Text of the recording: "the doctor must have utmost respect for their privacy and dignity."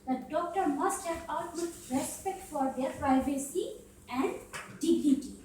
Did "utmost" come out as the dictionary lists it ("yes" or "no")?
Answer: no